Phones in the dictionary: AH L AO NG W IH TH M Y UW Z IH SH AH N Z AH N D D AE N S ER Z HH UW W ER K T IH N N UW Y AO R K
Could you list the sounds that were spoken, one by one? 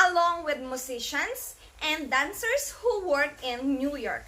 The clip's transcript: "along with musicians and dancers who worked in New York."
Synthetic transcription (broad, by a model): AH L AO NG W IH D M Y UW S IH SH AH N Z AH N D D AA N S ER S HH UW W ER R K IH N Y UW Y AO R K